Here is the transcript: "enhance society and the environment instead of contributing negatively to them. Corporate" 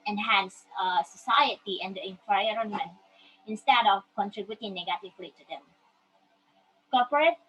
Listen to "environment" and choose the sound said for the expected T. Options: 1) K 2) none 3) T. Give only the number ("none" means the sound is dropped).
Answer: 2